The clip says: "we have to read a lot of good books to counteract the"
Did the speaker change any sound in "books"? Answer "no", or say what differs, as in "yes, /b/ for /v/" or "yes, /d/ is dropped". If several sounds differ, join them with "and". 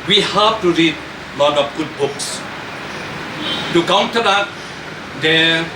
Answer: no